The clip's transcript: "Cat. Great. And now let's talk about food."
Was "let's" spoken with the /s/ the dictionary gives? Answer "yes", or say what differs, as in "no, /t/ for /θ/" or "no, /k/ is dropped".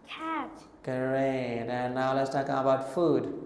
yes